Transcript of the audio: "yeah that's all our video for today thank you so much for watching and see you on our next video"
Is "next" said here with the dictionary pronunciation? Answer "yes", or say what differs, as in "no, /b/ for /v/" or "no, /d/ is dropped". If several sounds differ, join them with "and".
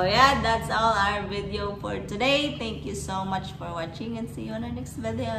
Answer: yes